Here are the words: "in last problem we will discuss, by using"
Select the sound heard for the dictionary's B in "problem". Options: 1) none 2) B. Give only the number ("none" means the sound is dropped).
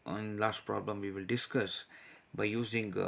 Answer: 2